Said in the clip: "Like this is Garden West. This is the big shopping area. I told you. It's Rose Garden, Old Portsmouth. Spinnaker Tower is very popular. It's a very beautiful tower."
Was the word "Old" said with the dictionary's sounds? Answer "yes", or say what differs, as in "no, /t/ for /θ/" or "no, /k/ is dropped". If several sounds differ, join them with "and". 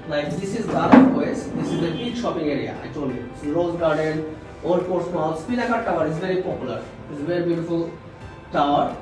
no, /l/ is dropped